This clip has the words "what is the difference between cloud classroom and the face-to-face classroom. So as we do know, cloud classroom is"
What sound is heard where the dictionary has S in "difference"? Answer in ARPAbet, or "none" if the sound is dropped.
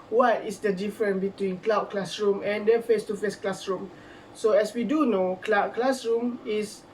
none